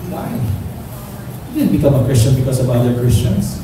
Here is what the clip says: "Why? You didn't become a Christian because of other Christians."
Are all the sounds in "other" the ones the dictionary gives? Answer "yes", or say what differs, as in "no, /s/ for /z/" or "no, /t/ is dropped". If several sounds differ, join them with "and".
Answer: no, /ð/ is dropped